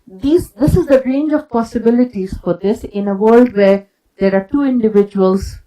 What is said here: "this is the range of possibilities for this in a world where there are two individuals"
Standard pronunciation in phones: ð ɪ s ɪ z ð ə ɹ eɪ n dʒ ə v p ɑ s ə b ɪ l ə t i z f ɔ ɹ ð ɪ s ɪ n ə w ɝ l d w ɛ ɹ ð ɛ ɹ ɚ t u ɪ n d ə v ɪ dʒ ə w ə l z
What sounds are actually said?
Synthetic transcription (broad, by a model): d ɪ s ɪ z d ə ɹ eɪ n dʒ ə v p ɑ s ə b ɪ l ə t i z f ɔ ɹ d ɪ s ɪ n ə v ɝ l d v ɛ ɹ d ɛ ɹ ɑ t u ɪ n d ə v ɪ dʒ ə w ə l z